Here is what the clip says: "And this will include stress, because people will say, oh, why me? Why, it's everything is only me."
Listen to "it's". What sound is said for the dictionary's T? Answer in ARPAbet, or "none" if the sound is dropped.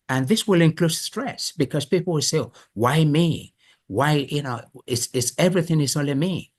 S